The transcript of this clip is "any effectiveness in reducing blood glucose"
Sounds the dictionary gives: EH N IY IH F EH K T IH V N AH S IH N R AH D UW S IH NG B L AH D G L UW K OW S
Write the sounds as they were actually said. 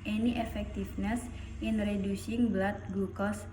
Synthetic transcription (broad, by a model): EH N IY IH F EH K T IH F N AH S IH N R AH D UW S IH NG B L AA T G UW K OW S